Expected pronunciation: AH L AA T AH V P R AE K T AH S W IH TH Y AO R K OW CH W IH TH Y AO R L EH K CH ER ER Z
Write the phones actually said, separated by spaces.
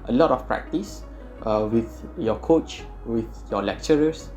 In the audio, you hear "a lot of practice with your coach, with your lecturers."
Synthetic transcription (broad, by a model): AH L AA T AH F P R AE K T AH S W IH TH Y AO K OW CH W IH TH Y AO L EH K CH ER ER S